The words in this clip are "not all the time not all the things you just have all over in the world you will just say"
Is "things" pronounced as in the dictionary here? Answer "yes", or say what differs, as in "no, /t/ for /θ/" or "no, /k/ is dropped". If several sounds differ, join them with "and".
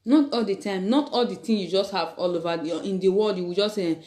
no, /t/ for /θ/ and /z/ is dropped